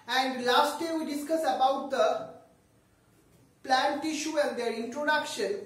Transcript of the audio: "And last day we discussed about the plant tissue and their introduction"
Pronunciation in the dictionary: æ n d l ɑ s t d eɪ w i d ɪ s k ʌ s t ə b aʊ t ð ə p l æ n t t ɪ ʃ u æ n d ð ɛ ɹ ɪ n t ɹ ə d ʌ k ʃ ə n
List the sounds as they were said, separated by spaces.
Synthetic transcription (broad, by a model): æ n d l ɑ s t d eɪ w i d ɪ s k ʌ s ə b aʊ t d ə p l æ n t t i ʃ u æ n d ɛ ɹ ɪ n t ɹ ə d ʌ k ʃ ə n